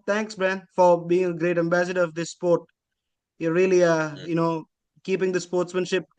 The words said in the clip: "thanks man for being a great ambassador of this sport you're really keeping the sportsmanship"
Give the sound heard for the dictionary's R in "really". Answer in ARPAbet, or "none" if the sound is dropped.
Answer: L